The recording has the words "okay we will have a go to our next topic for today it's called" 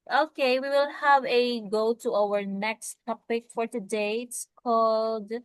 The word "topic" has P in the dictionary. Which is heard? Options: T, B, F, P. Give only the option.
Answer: P